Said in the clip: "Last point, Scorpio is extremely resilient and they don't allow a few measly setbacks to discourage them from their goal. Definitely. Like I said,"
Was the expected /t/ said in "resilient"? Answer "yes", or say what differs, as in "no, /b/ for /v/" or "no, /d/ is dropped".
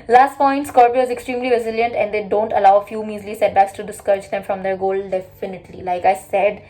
yes